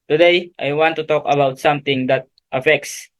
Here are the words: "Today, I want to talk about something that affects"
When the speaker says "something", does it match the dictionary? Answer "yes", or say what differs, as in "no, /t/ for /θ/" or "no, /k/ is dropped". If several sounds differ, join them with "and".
no, /t/ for /θ/